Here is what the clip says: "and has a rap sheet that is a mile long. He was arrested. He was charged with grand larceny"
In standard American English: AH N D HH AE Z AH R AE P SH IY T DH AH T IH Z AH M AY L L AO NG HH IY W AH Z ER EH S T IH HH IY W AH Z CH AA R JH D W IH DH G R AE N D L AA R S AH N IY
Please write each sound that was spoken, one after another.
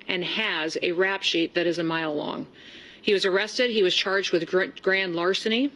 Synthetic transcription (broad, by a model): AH N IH Z AH R AE P SH IY T DH AH T IH Z AH M AY L L AO NG HH IY W AH Z ER EH S T IH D IY W AH Z CH AA R JH D W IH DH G R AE N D L AA R S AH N IY